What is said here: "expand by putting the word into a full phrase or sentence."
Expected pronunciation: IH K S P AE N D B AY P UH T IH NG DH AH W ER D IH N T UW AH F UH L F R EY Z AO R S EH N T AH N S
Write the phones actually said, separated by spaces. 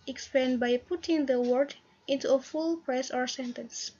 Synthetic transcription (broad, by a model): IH K S P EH N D B AY P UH T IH NG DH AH W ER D IH N T UW AH F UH L P R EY S AO R S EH N T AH N S